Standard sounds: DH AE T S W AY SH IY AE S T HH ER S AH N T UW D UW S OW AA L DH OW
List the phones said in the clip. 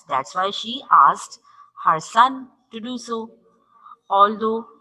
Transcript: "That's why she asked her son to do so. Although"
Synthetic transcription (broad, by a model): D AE T S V AY SH IY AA S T HH ER S AH N T UW D UW S OW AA L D OW